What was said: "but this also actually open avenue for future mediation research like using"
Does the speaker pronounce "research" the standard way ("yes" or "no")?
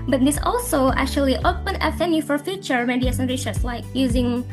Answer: no